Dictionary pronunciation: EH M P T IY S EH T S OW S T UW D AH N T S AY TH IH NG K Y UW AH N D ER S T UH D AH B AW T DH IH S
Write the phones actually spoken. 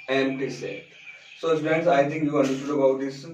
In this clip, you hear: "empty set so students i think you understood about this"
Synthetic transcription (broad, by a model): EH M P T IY S EH T S OW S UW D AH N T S AY T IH NG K Y UW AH N D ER S T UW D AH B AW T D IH S